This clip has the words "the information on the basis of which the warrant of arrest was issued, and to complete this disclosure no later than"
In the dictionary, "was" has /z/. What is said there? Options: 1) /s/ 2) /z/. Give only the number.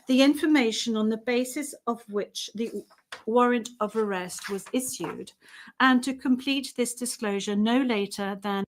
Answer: 2